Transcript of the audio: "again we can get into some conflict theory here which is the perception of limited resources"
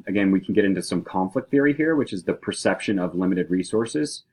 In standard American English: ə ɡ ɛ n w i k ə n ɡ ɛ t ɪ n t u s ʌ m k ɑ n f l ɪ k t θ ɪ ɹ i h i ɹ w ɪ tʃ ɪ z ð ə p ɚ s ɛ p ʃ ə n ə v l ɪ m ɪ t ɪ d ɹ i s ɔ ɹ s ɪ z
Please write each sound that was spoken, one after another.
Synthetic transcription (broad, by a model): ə ɡ ɛ n w i k n ɡ ɛ t ɪ n t u s ʌ m k ɑ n f l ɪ k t θ ɪ ɹ i h i ɹ w ɪ tʃ ɪ z ð ə p ɚ s ɛ p ʃ ə n ə v l ɪ m ɪ t ɪ d ɹ i s ɔ ɹ s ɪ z